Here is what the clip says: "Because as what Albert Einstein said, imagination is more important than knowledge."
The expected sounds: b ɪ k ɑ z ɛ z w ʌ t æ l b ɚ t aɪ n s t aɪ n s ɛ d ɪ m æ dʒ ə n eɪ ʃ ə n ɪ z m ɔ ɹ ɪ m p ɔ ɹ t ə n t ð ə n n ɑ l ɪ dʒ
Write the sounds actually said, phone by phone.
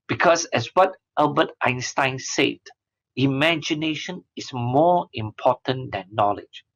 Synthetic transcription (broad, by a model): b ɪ k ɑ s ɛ s w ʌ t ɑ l b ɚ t aɪ n s t aɪ n s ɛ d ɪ m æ dʒ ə n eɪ ʃ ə n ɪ s m ɔ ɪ m p ɔ t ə n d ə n n ɑ l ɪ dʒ